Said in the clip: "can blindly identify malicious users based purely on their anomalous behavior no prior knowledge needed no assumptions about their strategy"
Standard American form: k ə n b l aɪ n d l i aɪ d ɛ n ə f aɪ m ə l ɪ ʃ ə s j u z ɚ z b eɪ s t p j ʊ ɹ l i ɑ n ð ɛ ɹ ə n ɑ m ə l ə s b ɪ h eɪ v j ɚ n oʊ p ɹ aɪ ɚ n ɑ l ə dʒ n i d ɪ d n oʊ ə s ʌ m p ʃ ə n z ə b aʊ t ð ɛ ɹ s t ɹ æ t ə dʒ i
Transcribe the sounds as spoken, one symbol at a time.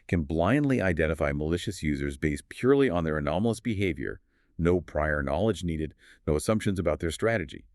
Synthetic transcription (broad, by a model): k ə n b l aɪ n d l i aɪ d ɛ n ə f aɪ m ə l ɪ ʃ ə s j u z ɚ z b eɪ s t p j ʊ ɹ l i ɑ n ð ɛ ɹ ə n ɑ m l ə s b ɪ h eɪ v j ɚ n oʊ p ɹ aɪ ɚ n ɑ l ə dʒ n i d ɪ d n oʊ ə s ʌ m p ʃ ə n z ə b aʊ t ð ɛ ɹ s t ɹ æ t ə dʒ i